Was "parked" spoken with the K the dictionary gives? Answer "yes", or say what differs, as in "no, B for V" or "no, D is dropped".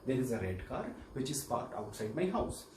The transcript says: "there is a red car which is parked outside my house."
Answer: no, K is dropped